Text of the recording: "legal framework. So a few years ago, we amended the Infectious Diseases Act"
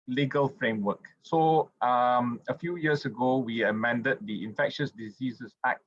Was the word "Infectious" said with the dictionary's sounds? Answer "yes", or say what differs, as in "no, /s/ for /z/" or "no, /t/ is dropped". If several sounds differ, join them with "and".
yes